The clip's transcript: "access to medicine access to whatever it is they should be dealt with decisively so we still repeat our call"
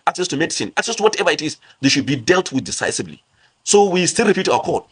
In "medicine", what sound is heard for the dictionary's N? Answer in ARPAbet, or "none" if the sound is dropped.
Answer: N